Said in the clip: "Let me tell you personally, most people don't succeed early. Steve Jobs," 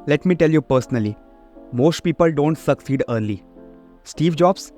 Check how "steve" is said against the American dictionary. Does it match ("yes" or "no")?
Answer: yes